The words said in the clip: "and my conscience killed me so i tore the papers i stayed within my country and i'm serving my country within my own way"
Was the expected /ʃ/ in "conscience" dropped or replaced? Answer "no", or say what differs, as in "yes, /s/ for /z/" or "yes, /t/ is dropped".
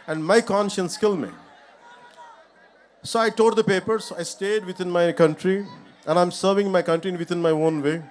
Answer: no